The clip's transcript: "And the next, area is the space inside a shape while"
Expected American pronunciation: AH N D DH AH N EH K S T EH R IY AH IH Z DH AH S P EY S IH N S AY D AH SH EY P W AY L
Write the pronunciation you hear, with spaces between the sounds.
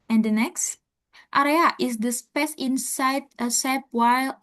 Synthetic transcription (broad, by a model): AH N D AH N EH K S T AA R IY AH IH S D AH S P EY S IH N S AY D AH S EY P W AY L